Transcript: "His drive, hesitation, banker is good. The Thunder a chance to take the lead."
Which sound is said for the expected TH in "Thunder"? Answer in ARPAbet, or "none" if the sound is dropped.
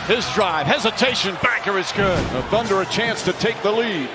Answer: TH